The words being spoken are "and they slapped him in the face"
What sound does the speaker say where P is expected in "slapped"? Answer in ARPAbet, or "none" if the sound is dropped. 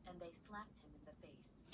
P